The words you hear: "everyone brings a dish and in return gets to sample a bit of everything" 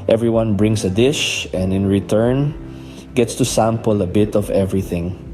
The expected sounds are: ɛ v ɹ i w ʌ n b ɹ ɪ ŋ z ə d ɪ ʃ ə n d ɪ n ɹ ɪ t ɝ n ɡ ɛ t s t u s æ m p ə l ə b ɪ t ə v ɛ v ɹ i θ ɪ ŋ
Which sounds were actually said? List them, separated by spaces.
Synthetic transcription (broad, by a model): ɛ v ɹ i w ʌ n b ɹ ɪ ŋ s ə d ɪ ʃ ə n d ɪ n ɹ ɪ t ɝ n ɡ ɛ t s t u s æ m p ə l ə b ɪ t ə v ɛ v ɹ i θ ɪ ŋ